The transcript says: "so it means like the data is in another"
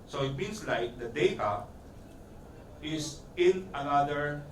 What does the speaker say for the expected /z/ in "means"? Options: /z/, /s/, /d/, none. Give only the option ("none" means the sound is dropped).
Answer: /s/